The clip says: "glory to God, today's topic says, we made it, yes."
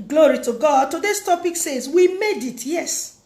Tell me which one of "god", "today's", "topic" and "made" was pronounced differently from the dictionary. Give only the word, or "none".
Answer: today's